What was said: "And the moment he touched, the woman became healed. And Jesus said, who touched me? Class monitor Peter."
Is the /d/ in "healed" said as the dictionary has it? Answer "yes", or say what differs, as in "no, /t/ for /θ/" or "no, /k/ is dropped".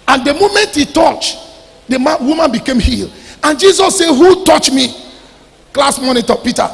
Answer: no, /d/ is dropped